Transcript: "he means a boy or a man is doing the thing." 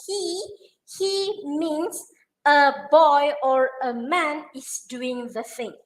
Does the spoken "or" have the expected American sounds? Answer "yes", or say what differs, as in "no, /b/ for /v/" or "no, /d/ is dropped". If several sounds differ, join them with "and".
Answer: yes